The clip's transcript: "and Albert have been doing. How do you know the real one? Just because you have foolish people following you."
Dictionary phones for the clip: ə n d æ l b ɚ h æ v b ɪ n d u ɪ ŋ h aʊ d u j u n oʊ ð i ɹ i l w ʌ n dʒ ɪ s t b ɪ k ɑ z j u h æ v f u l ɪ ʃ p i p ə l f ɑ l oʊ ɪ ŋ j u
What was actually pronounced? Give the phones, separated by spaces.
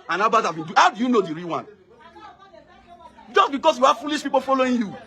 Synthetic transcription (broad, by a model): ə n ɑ b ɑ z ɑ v b ɪ n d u h aʊ d u j u n oʊ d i ɹ i w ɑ n dʒ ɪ s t b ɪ k ɑ s j u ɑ f u l ɪ ʃ p i p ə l f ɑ l oʊ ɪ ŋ j u